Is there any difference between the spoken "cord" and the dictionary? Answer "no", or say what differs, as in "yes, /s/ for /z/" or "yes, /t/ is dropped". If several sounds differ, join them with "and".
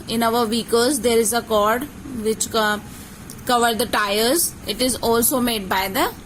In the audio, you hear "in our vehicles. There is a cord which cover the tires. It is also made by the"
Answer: no